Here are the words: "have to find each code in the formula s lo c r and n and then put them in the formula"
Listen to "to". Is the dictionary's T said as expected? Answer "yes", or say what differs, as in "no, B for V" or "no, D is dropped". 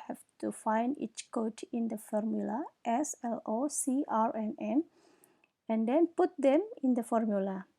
yes